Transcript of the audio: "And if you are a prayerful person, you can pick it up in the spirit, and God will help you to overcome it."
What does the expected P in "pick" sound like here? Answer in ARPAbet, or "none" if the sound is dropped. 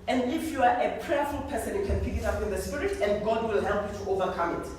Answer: P